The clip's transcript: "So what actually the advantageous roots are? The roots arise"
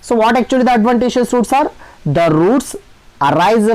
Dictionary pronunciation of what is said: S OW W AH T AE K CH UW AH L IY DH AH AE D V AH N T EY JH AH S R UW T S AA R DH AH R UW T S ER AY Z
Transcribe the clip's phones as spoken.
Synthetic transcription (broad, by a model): S OW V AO T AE K CH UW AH L IY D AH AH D V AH N T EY SH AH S R UW T S AA R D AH R UW T S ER AY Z